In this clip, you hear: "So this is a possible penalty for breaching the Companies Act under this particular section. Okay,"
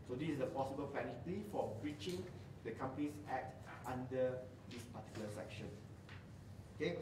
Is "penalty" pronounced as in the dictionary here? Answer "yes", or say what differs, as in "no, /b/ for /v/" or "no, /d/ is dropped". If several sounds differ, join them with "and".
no, /f/ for /p/ and /l/ is dropped